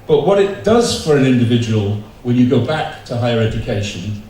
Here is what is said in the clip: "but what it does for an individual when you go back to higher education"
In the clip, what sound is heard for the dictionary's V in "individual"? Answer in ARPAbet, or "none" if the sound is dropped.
V